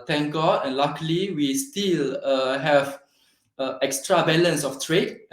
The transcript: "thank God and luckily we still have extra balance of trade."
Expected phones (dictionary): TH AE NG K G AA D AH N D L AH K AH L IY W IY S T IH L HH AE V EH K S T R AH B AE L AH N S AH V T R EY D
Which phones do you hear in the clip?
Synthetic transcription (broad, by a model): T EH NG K G AA D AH N L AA K L IY W IY S T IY L HH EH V EH K S T R AH B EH L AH N S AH F T R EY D